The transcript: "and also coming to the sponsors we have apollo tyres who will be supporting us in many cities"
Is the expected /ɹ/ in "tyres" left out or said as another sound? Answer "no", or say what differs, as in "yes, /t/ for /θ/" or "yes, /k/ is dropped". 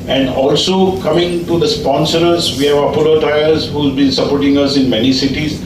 yes, /l/ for /ɹ/